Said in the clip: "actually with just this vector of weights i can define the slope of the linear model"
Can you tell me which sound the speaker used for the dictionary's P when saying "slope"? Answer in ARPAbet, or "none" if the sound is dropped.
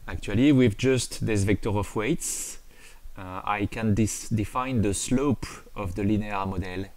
P